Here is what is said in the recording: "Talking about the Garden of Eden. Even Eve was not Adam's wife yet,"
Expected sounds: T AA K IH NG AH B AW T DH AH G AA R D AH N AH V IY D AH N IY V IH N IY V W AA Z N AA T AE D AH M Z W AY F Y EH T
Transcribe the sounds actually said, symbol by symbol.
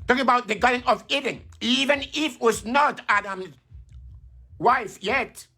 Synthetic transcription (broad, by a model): T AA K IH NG AH B AW T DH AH G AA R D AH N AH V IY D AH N IY V IH N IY F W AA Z N AA T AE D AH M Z W AY F Y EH T